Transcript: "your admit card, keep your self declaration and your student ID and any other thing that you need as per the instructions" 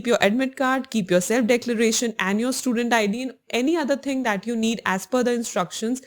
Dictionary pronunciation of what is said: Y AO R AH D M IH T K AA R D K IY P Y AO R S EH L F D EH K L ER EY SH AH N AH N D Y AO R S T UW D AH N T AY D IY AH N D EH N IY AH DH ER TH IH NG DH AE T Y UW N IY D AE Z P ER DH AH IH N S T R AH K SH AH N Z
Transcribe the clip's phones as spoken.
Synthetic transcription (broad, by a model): Y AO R AH D M IH T K AA R D K IY P Y AO R S EH L F D EH K L ER EY SH AH N AH N D Y AO R S T UW D AH N T AY D IY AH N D EH N IY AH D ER T IH NG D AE T Y UW N IY D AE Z F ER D AH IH N S T R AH K SH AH N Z